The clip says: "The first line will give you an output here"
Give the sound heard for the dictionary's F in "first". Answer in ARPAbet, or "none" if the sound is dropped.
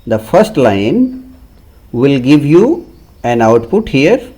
F